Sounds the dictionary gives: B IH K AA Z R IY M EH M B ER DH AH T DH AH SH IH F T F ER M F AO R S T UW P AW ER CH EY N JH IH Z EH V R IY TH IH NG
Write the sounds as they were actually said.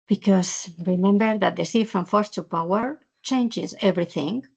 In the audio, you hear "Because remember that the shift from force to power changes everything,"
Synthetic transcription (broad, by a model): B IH K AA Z R IY M EH M B ER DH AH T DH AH S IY F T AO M F AO R S T UW P AW ER CH EY N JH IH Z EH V R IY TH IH NG